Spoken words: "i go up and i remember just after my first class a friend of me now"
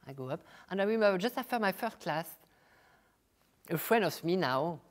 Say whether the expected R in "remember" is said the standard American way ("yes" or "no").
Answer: no